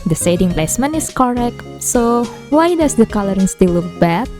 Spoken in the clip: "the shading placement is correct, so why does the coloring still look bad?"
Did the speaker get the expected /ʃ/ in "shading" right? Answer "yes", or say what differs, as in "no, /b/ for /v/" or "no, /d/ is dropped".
no, /s/ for /ʃ/